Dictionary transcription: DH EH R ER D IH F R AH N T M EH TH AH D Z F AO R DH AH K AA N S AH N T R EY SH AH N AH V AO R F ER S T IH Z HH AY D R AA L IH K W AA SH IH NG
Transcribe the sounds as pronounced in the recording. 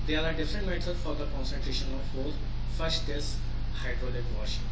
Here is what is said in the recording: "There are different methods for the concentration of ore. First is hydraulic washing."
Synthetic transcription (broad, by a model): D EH R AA D IH F R AH N T M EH T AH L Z F AO R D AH K AA N S AH N T R EY SH AH N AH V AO L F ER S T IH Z HH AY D R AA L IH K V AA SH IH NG